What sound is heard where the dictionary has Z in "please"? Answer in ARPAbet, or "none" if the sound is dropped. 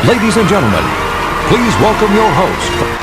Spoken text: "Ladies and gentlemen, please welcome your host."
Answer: Z